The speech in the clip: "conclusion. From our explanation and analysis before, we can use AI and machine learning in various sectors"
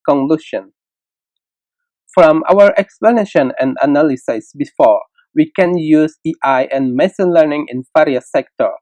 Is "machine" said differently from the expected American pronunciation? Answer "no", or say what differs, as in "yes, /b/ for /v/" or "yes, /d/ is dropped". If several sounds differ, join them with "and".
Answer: yes, /s/ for /ʃ/